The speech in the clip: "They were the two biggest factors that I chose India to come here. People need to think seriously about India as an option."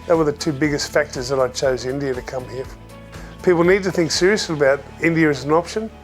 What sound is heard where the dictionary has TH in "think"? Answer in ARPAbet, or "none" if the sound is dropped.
TH